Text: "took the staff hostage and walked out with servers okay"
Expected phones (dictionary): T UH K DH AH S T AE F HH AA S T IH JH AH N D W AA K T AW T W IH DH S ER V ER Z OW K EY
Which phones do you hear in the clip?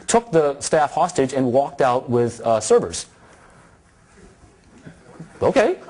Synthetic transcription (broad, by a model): T UH K DH AH S T AE F HH AA S T IH JH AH N W AA K T AW T W IH DH S ER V ER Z OW K EY